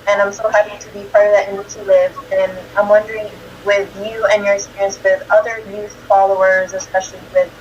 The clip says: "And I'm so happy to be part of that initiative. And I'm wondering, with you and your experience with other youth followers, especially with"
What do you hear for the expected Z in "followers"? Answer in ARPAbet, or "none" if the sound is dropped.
Z